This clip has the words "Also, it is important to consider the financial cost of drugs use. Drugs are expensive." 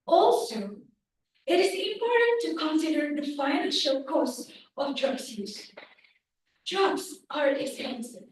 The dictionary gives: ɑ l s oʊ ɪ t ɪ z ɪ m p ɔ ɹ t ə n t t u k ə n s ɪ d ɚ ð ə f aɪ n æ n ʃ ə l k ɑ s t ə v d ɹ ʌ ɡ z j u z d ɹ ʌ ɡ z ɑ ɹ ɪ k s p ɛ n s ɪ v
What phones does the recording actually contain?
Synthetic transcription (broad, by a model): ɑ l s oʊ ɪ t ɪ z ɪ m p ɔ ɹ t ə n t t u k ə n s ɪ d ɚ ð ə f aɪ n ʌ l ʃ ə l k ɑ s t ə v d ɹ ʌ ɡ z j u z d ɹ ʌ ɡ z ɑ ɹ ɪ k s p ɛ n s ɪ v